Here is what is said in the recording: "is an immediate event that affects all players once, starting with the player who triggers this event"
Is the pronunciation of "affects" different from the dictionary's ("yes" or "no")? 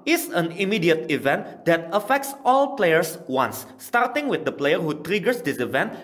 no